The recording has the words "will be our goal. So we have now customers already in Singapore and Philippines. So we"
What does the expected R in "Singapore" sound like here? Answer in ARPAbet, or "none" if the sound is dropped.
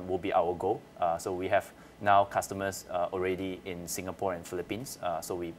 R